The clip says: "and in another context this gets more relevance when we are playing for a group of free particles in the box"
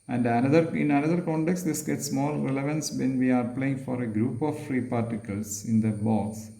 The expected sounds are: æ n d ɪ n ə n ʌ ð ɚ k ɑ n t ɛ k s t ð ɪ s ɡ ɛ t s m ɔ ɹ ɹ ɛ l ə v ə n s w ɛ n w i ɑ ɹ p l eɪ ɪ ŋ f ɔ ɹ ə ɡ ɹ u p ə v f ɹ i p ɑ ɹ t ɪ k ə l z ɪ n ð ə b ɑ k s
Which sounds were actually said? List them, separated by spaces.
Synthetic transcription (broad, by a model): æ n d ɪ n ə n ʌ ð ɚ k ɑ n t ɛ k s t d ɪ s ɡ ɛ t s m ɔ l ɹ ɛ l ə v ə n s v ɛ n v i ɑ ɹ p l eɪ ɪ ŋ f ɔ ɹ ə ɡ ɹ u p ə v f ɹ i p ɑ ɹ t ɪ k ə l s ɪ n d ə b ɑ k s